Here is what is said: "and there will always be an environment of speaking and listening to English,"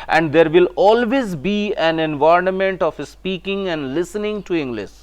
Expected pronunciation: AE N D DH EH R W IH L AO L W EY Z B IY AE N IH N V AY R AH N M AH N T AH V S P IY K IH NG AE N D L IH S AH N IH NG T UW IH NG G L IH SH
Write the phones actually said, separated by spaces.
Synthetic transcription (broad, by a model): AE N D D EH R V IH L AO L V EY Z B IY AE N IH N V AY AH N M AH N T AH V S P IY K IH NG AE N D L IH S AH N IH NG T UW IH NG G L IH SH